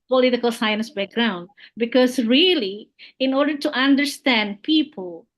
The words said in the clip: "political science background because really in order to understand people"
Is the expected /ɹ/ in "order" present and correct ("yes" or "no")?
yes